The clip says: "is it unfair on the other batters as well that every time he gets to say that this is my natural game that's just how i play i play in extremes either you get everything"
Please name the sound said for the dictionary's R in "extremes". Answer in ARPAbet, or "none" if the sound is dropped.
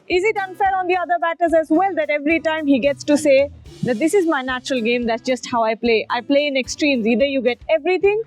R